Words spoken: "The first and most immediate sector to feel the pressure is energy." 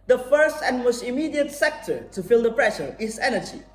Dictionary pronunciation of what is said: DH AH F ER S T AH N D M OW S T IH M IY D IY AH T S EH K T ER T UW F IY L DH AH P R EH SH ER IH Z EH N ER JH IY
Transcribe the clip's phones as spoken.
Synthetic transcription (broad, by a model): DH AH F ER S T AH N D M OW S T IH M IY D IY AH T S EH K T ER T UW F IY L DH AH P R EH SH ER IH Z EH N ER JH IY